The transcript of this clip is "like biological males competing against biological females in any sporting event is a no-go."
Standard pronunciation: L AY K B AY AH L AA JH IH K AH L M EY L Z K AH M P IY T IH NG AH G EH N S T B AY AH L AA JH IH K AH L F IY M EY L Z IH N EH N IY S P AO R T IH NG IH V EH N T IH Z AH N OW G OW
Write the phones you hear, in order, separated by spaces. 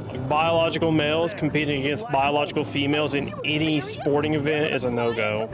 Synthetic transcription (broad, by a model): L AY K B AY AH L AA JH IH K L M EY L Z K M P IY T IH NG AH G EH N S T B AY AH L AA JH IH K L F IY M EY L Z IH N EH N IY S P AO R T IH NG IH V EH N T IH Z AH N OW G OW